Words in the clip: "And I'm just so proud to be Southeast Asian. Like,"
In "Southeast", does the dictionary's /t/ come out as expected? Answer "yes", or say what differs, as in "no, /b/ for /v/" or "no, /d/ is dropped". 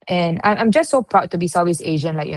no, /t/ is dropped